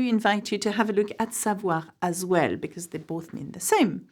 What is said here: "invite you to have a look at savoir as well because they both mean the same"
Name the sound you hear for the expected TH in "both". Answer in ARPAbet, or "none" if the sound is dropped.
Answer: TH